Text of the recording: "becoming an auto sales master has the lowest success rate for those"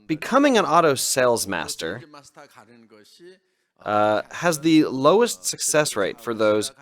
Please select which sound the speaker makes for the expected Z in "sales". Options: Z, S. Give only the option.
Z